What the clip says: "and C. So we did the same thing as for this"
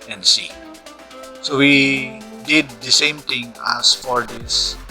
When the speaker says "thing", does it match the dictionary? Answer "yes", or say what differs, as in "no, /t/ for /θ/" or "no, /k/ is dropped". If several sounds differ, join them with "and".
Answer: no, /t/ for /θ/